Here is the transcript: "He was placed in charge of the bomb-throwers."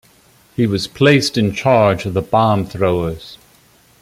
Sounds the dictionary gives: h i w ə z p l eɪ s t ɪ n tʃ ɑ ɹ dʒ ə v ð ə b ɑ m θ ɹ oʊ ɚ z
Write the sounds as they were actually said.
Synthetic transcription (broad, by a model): h i w ə z p l eɪ s t ɪ n tʃ ɑ ɹ dʒ ə v ð ə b ɑ m θ ɹ oʊ ɚ z